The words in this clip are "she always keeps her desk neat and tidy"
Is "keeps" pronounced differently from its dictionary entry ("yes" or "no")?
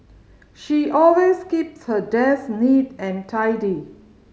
no